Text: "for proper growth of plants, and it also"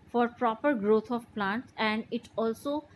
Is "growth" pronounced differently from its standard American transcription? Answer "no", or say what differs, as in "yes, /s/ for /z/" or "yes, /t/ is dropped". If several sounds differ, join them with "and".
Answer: yes, /t/ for /θ/